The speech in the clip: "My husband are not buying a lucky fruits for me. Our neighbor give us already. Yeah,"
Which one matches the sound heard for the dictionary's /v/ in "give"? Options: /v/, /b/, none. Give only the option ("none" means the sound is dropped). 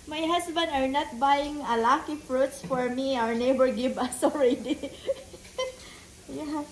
/b/